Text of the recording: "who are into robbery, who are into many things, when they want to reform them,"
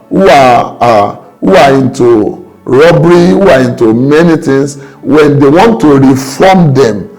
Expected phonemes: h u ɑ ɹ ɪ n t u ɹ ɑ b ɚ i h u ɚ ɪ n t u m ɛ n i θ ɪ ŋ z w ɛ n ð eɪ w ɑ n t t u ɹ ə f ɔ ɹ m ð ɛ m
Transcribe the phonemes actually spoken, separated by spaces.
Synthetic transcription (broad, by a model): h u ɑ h ɪ n t u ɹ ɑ b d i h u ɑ ɪ n t u m ɛ n i t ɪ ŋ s w ɛ n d eɪ w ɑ n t t u ɹ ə f ɔ m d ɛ m